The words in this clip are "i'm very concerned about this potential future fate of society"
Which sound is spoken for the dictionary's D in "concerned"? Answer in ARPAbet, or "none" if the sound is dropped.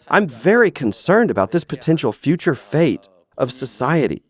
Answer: D